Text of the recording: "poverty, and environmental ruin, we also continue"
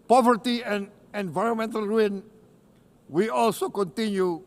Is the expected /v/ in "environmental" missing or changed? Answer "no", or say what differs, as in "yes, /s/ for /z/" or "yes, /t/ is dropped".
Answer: no